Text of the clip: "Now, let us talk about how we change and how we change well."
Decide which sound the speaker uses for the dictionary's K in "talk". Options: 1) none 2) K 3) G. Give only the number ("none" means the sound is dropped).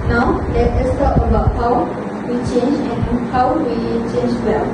1